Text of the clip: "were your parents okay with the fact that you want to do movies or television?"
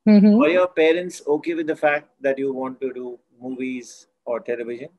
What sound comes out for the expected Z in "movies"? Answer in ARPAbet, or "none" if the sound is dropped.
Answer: Z